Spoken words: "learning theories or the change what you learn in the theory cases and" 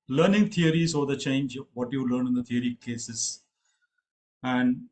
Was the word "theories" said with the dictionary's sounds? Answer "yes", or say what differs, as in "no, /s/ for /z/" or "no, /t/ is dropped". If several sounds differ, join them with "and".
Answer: no, /t/ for /θ/